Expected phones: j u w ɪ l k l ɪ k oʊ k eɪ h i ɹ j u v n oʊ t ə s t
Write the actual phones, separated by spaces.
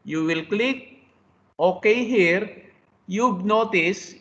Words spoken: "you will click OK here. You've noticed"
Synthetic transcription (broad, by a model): j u w ɪ l k l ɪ k oʊ k eɪ h i ɹ j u b n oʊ t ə s